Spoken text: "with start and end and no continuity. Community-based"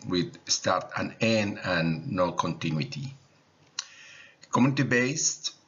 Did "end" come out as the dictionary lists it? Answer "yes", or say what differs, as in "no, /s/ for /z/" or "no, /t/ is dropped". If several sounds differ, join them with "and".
no, /d/ is dropped